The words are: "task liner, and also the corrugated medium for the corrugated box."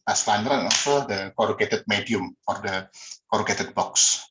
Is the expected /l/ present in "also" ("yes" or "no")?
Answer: no